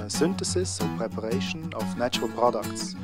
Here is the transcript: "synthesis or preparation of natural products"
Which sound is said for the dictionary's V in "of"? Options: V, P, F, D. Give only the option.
F